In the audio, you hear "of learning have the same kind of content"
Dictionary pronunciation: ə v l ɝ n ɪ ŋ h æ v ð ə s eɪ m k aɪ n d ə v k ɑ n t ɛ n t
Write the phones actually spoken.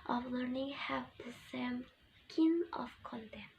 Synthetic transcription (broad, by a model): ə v l ɝ n ɪ ŋ h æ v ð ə s eɪ m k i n ə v k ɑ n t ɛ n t